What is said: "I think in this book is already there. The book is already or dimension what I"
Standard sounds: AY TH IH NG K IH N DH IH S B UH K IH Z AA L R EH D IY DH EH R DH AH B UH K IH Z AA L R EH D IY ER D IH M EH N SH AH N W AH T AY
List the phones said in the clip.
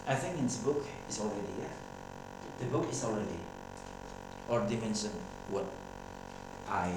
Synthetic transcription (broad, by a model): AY TH IH NG K IH N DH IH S B UH K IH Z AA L R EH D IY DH DH AH B UH K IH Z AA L R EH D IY ER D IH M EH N S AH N W AH T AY